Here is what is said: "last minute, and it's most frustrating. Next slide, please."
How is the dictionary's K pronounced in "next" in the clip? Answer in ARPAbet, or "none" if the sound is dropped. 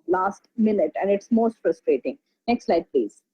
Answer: K